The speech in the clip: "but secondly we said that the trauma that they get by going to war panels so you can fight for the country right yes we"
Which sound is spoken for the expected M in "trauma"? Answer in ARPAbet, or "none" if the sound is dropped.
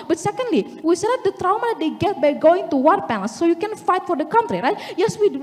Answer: none